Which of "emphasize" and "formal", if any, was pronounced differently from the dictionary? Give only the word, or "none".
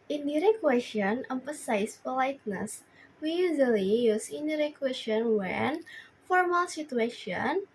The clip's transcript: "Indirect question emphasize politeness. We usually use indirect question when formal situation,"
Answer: emphasize